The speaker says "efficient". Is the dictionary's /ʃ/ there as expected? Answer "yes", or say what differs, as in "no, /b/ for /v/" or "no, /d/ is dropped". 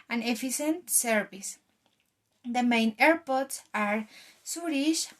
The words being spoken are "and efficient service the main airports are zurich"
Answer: no, /s/ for /ʃ/